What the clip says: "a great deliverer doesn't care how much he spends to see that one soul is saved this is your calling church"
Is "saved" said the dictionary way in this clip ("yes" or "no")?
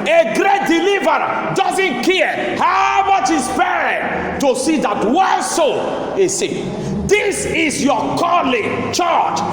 no